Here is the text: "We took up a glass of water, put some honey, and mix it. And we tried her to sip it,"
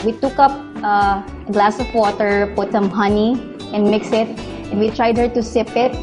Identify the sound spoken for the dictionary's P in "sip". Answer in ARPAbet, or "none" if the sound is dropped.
P